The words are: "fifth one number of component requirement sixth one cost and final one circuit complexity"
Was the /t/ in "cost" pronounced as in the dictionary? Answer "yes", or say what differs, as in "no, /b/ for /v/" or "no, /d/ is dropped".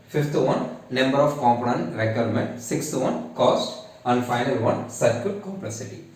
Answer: yes